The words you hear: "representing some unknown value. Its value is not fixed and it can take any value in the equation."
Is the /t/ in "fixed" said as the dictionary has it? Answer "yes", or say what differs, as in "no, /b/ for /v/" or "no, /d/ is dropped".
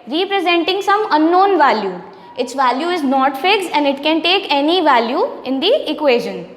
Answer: no, /t/ is dropped